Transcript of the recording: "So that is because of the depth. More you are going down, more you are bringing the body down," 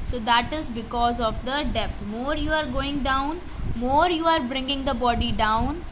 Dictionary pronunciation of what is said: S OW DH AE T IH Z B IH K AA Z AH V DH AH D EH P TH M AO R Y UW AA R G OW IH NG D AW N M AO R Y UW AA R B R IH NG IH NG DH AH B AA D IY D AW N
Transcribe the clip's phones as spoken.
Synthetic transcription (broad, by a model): S OW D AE T IH Z B IH K AA Z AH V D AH D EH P T M AO R Y UW AA R G OW IH NG D AW N M AO R Y UW AA R B R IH NG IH NG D AH B AA D IY D AW N